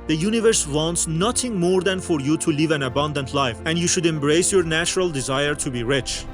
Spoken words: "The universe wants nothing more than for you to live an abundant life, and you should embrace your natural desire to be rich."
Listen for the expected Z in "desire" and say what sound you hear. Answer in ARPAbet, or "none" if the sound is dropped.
Z